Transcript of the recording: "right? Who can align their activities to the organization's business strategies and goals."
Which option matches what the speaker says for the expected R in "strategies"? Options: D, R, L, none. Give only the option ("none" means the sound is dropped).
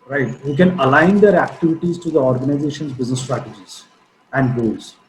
R